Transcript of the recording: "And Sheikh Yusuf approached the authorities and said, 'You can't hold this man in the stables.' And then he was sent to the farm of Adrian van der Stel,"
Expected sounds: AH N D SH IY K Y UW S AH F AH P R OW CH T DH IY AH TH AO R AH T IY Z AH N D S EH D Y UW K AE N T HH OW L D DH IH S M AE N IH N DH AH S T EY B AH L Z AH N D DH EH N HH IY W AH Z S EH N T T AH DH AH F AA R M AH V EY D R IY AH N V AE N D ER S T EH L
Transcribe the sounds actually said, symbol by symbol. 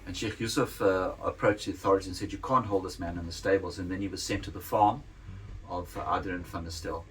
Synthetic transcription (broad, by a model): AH N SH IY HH Y UW S AH F AH P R OW CH DH IY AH TH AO R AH T IY AH N S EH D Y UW K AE N T HH OW L D DH IH S M AE N IH N DH AH S T EY B AH L Z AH N DH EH N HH IY W AH Z S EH N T T AH DH AH F AA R M AH V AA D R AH N F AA N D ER S T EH L